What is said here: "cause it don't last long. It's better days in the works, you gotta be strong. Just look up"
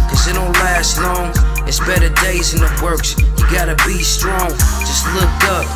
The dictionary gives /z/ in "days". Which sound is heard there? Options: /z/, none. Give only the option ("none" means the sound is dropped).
/z/